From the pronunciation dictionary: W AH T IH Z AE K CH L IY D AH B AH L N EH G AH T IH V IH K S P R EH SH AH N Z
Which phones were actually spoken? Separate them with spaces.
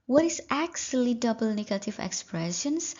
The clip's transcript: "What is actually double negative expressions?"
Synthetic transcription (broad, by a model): W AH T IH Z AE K S L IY D AH B AH L N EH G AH T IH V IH K S P R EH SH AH N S